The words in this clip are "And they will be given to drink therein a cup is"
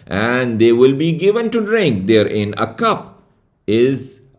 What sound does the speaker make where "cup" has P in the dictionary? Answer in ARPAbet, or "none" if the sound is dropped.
P